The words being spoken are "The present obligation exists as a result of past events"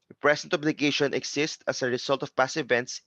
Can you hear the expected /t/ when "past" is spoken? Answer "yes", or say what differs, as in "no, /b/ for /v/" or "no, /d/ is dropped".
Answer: no, /t/ is dropped